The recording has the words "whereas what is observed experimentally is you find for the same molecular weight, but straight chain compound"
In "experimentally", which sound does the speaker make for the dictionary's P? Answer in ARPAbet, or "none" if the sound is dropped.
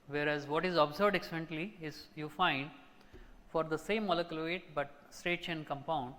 none